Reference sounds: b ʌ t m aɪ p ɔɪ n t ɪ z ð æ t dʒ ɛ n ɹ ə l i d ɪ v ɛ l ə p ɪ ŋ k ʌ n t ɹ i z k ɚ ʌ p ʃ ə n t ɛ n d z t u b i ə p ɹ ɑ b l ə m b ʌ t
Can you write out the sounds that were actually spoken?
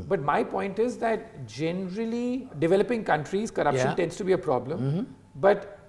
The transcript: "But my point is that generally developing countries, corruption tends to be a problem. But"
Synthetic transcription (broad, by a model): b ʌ t m aɪ p ɔɪ n t ɪ z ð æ t dʒ ɛ n ɹ ə l i d ɪ v ɛ l ə p ɪ ŋ k ʌ n t ɹ i z k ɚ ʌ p ʃ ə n t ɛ n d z t u b i ə p ɹ ɑ b l ə m b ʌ t